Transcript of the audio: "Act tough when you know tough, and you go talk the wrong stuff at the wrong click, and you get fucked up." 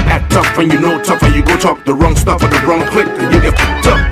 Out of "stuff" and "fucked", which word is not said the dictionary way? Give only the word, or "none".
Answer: fucked